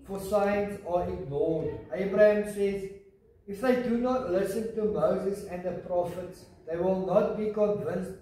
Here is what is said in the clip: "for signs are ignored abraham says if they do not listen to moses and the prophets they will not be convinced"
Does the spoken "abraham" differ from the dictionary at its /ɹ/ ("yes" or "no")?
no